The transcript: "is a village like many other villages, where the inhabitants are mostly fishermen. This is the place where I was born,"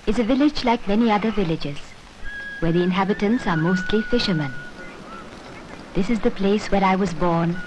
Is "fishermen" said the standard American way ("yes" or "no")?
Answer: yes